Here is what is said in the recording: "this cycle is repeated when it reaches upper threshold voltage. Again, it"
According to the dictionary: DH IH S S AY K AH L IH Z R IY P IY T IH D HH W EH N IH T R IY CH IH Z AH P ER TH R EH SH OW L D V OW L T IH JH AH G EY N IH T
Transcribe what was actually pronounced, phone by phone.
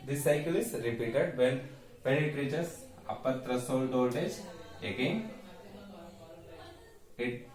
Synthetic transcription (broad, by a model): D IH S S AY K AH L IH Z R IY P IY T IH D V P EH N IH T R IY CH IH S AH P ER T R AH S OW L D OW T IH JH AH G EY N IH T